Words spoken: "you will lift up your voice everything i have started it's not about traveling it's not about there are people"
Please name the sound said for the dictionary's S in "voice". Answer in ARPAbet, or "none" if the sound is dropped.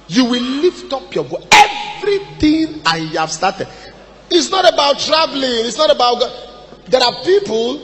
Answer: none